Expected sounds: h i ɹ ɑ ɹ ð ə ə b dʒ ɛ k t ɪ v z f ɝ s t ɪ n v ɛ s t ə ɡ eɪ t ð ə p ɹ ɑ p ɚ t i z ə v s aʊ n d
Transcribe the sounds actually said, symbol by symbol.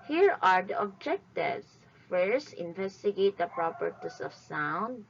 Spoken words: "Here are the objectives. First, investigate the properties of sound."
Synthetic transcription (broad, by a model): h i ɹ ɑ ɹ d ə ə b dʒ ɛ k t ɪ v s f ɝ s ɪ n v ɛ s t ə ɡ eɪ t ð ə p ɹ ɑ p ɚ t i s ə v s aʊ n d